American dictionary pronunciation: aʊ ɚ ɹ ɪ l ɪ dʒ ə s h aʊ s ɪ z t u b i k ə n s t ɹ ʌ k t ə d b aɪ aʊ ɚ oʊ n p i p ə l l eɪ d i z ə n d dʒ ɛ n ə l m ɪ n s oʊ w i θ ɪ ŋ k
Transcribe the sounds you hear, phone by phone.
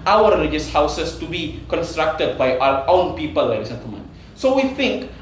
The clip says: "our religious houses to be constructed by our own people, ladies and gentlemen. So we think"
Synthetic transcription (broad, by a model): aʊ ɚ ɹ ɪ l ɪ dʒ ə s h aʊ s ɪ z t u b i k ə n s t ɹ ʌ k t ə d b aɪ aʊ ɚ oʊ n p i p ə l l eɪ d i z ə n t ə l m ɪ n s oʊ w i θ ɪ ŋ k